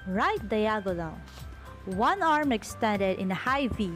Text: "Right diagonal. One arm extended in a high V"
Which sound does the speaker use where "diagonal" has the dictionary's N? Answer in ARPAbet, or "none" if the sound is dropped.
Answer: L